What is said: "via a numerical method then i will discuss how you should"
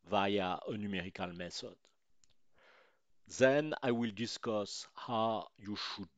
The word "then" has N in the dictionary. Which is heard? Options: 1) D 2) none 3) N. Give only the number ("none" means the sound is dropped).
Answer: 3